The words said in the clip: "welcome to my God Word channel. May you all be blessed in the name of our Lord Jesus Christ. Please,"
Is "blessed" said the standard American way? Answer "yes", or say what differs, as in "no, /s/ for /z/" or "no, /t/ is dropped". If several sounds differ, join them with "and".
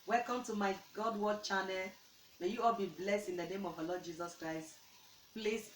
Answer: yes